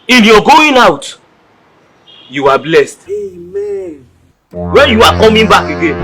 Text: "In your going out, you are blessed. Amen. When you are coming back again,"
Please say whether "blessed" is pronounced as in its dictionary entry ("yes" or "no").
yes